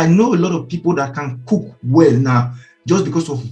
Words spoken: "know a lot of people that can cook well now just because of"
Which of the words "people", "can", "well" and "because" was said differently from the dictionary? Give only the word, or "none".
because